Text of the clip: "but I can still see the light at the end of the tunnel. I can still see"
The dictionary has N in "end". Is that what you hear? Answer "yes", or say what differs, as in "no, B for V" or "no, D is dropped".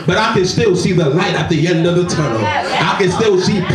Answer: yes